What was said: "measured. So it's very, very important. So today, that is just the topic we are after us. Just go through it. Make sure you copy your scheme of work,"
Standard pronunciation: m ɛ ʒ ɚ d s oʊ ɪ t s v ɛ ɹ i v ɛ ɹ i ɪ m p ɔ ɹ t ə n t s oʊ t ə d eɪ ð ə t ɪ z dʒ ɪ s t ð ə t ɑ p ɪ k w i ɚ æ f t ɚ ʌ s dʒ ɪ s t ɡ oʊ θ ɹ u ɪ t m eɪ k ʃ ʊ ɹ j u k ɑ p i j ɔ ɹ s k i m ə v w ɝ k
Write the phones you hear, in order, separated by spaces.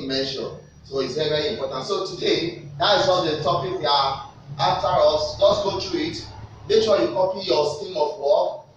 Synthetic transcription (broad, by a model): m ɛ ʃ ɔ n s oʊ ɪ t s v ɛ ɹ i v ɛ ɹ i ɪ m p ɔ t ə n t s oʊ t ə d eɪ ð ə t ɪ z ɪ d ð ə t ɑ p ɪ k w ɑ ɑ f t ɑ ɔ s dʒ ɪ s ɡ oʊ t ɹ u ɪ t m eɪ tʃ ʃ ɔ l j u k ɑ p i j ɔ s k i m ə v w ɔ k